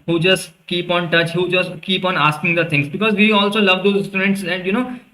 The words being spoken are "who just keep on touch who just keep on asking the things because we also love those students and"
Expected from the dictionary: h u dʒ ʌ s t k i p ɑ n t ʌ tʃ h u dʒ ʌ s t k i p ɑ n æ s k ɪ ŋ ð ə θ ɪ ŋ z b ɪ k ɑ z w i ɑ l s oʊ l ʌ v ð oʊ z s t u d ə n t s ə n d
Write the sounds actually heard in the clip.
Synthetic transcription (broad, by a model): h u dʒ ʌ s t k i p ɑ n t ʌ tʃ h u dʒ ʌ s t k i p ɑ n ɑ s k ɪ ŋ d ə t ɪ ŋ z b ɪ k ɑ z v i ɑ l s oʊ l ʌ v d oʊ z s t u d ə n t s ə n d